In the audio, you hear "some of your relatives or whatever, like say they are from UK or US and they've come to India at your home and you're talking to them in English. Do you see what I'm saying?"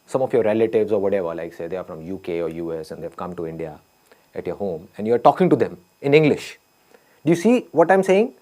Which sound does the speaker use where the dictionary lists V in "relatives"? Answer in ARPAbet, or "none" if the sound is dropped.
V